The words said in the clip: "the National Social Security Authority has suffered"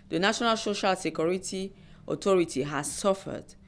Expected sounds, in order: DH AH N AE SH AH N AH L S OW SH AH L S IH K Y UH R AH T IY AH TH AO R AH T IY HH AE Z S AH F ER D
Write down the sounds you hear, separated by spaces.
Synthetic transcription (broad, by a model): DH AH N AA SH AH N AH L S OW SH AH L S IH K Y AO R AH T IY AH T AO R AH T IY HH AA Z S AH F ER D